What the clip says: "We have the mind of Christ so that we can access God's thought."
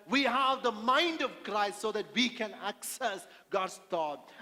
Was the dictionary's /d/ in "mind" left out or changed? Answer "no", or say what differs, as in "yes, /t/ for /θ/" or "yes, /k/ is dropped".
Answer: no